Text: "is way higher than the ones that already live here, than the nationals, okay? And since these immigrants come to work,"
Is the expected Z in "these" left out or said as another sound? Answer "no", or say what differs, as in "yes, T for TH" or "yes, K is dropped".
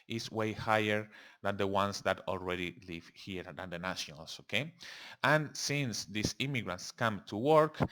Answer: yes, S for Z